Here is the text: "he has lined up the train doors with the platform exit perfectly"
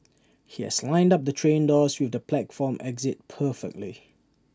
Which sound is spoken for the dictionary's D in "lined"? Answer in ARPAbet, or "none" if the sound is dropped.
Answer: D